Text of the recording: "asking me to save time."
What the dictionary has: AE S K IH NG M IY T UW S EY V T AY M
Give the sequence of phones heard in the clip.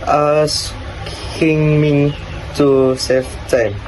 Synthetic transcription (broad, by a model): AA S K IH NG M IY T UW S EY F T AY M